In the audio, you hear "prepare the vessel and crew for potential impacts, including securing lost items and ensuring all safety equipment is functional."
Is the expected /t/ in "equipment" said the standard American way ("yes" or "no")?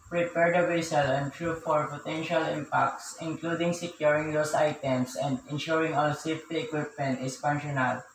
yes